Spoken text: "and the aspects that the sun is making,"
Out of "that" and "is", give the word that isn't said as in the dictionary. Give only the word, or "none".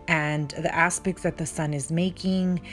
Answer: none